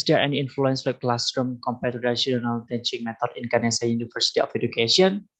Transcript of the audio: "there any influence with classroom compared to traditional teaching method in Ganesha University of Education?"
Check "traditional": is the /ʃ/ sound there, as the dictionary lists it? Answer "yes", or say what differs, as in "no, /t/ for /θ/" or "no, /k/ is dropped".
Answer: no, /ʃ/ is dropped